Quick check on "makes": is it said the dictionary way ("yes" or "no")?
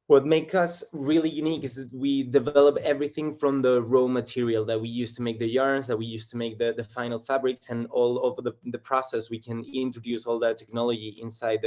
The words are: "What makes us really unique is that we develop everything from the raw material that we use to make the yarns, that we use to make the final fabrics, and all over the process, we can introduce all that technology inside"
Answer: no